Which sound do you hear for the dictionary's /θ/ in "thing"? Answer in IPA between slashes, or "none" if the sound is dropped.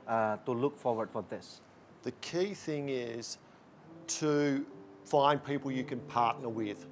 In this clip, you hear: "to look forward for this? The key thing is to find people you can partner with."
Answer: /θ/